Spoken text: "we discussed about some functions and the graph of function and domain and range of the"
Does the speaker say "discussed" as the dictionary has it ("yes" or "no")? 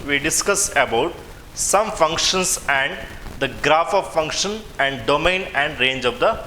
no